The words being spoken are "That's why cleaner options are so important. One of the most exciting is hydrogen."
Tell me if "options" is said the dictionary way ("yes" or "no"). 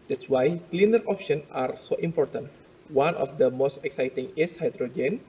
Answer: no